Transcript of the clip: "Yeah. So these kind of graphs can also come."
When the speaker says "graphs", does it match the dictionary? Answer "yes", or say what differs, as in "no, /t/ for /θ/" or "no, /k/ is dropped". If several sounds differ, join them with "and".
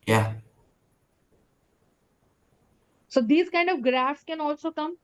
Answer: yes